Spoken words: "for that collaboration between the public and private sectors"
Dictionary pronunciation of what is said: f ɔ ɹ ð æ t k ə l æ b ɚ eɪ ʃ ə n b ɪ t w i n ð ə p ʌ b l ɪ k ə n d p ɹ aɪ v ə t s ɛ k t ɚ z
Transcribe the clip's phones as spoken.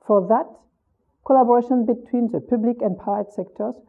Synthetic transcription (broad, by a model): f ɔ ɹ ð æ t k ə l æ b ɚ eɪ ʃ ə n b ɪ t w i n ð ə p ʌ b l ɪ k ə n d p aɪ ə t s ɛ k t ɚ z